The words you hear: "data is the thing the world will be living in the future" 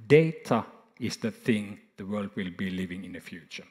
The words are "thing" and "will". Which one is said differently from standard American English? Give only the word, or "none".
none